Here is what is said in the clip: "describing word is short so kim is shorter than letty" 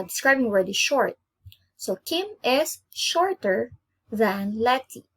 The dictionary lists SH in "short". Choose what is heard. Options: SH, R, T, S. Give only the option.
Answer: SH